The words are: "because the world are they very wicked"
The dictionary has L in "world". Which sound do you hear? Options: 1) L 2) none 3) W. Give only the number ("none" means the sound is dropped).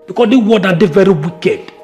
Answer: 2